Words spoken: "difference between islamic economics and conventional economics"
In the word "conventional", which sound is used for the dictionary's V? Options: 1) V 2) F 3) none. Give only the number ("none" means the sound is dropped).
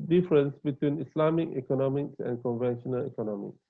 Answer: 1